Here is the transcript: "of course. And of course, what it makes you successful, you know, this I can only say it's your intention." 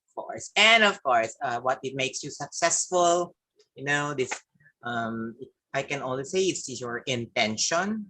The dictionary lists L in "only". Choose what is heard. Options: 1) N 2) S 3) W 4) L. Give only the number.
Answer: 3